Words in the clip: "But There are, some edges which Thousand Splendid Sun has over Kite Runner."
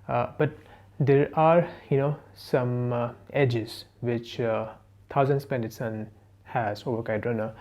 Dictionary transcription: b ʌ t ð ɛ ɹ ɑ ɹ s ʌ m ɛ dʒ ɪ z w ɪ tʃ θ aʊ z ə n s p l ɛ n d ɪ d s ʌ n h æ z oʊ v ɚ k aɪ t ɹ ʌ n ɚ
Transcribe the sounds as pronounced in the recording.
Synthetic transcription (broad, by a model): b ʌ t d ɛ ɹ ɑ ɹ s ʌ m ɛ dʒ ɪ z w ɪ tʃ t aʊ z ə n s p ɛ n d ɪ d s ʌ n h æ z oʊ v ɚ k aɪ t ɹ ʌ n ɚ